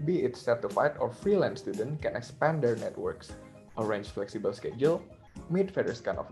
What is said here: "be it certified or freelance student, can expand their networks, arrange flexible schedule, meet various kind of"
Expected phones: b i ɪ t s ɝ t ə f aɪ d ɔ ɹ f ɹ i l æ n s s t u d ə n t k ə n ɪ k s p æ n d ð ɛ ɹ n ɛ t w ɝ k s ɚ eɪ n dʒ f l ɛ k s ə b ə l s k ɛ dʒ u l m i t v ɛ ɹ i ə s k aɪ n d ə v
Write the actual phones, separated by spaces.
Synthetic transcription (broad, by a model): b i ɪ t s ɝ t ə f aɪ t ɔ ɹ f ɹ i l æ n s s t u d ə n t k ə n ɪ k s p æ n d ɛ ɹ n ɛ t w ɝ k s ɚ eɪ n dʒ f l ɛ k s ə b ə l s k ɛ dʒ u l m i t f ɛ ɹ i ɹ s k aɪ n ə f